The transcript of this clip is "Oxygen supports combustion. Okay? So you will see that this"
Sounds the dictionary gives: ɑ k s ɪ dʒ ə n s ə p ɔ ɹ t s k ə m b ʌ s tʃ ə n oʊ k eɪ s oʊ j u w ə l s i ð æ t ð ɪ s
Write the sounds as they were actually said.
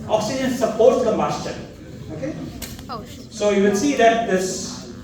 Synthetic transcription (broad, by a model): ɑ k s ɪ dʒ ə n s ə p ɔ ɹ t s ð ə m ʌ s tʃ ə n oʊ k eɪ s oʊ j u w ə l s i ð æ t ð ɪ s